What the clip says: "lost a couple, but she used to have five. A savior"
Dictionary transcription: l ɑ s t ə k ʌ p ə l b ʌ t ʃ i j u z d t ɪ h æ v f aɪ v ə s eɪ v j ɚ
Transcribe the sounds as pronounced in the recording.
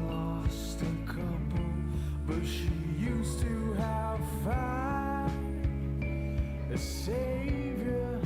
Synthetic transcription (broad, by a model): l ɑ s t ə k ʌ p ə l b ʌ t ʃ i j u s t ɪ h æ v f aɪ ə s eɪ v j ɚ